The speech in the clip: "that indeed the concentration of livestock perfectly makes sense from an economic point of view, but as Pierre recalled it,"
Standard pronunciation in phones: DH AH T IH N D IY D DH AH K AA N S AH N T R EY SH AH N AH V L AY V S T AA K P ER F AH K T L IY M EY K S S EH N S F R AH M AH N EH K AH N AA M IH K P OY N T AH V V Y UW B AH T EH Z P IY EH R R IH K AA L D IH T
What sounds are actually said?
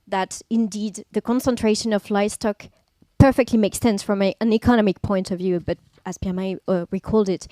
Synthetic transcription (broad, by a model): DH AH T IH N D IY D DH AH K AA N S AH N T R EY SH AH N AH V L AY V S T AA K P ER F AH K T L IY M EY K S S EH N S F R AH M AH N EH K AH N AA M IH K P OY N T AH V V Y UW B AH T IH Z P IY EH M R IH K AA L D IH T